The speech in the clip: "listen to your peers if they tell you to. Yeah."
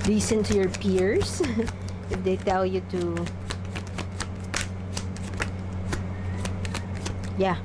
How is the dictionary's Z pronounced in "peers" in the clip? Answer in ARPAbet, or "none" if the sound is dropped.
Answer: S